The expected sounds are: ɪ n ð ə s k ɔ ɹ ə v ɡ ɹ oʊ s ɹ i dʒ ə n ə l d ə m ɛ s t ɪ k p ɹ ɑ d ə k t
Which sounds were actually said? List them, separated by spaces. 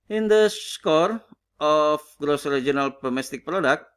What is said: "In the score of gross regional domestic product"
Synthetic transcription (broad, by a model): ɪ n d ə s k ɔ ɹ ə f ɡ ɹ oʊ s ɹ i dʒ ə n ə l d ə m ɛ s t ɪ k p ɹ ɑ d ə k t